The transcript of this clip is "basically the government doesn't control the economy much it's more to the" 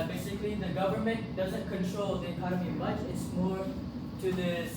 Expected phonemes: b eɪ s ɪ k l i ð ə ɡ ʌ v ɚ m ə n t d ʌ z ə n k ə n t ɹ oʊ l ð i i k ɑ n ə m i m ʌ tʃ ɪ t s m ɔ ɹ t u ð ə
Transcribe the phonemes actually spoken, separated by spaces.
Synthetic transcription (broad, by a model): b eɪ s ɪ k l i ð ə ɡ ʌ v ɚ m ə n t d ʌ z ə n k ə n t ɹ oʊ l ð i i k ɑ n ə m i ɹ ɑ ɪ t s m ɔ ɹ t u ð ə